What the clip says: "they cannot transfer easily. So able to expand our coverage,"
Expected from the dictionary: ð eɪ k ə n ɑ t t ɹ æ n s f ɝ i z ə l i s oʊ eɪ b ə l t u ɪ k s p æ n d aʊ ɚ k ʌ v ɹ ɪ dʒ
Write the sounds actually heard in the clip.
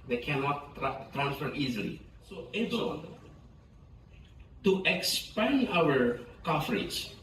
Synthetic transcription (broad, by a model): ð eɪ k ə n ɑ t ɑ ɹ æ n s f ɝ i z ə l i s oʊ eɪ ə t t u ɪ k s p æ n aʊ ɚ k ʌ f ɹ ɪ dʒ